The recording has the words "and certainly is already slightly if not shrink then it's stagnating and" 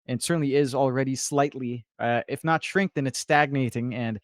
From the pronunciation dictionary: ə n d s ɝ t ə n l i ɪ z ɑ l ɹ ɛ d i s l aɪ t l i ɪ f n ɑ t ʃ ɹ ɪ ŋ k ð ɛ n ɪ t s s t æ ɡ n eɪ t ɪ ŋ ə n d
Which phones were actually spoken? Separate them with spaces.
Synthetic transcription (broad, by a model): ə n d s ɝ t n l i ɪ z l ɹ ɛ d i s l aɪ t l i ɪ f n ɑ t ʃ ɹ ɪ ŋ k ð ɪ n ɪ t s s t æ ɡ n eɪ t ɪ ŋ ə n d